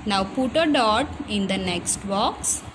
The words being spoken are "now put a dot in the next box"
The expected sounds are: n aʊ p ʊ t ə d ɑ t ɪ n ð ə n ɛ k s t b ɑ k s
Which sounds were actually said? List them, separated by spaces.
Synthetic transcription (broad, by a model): n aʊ p ʊ t ə d ɑ t ɪ n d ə n ɛ k s t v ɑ k s